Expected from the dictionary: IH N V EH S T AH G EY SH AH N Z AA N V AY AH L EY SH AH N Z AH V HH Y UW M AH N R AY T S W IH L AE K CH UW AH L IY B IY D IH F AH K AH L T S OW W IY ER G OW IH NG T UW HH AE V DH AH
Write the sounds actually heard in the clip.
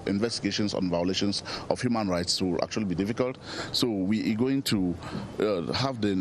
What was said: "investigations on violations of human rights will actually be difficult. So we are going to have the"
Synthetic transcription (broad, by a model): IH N V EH S T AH G EY SH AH N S AA N V AY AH L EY SH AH N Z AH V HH Y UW M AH N R AY T S W IH L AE K CH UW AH L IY B IY D IH F AH K AH L T S OW W IY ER G OW IH NG T UW HH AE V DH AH